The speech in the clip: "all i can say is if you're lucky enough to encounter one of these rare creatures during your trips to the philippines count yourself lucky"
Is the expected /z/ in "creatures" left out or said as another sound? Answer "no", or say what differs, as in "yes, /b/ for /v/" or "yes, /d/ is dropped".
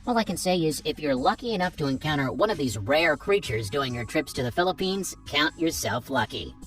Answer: no